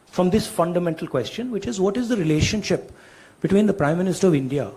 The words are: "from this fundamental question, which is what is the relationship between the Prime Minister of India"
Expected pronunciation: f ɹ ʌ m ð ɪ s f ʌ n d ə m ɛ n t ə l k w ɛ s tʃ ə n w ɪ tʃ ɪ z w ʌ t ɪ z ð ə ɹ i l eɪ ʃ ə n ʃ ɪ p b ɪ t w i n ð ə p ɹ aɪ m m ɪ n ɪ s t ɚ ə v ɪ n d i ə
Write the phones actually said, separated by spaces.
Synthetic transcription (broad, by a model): f ɹ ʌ m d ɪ s f ʌ n d ə m ɛ n t ə l k w ɛ s tʃ ə n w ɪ tʃ ɪ z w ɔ t ɪ z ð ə ɹ i l eɪ ʃ ə n ʃ ɪ p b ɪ t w i n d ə p ɹ aɪ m m ɪ n ɪ s t ɚ ə v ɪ n d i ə